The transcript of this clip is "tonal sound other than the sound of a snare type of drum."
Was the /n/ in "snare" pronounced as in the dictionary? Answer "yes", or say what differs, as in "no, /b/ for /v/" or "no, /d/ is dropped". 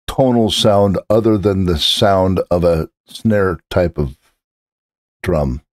yes